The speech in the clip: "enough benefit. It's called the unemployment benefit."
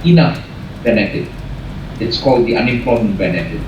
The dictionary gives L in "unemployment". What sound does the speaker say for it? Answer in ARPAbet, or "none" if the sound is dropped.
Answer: none